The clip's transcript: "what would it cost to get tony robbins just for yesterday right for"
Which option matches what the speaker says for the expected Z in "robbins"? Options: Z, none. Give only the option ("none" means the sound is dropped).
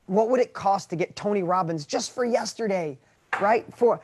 Z